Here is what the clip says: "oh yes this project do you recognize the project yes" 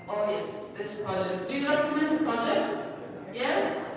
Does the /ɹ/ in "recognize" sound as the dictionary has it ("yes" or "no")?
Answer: no